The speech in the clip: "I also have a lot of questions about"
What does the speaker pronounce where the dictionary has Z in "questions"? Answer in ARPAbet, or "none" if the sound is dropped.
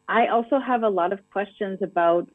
Z